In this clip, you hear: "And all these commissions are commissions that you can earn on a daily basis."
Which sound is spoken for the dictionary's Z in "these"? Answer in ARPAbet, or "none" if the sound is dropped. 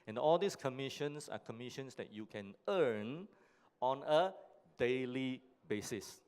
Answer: S